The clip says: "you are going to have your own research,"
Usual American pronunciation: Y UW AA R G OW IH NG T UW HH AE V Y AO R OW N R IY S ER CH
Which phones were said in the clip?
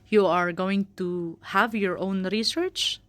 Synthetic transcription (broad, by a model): Y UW AA R G OW IH NG T UW HH AE V Y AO R OW N R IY S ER CH